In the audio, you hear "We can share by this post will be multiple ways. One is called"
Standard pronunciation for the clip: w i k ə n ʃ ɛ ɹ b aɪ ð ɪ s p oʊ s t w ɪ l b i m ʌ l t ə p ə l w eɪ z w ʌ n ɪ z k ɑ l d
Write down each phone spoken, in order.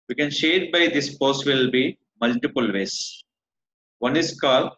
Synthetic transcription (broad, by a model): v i k ə n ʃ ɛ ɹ b aɪ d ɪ s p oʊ s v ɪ l b i m ʌ l t ə p ə l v eɪ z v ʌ n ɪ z k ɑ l